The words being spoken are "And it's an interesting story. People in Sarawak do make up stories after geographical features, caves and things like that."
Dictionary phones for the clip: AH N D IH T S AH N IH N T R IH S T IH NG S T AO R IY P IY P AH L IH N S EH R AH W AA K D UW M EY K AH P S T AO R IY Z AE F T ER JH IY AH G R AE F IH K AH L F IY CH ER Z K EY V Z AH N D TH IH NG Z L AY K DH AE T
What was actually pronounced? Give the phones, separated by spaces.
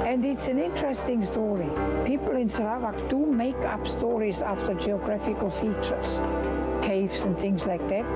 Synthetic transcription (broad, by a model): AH N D IH T S AH N IH N T R IH S T IH NG S T AO R IY P IY P AH L IH N S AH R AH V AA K D UW M EY K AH P S T AO R IY Z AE F T ER JH IY AH G R AE F IH K AH L F IY CH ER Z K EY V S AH N TH IH NG Z L AY K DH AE T